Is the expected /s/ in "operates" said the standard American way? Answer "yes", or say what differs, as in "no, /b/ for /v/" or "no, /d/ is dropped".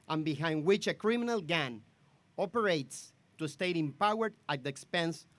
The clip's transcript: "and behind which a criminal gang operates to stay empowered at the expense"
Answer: yes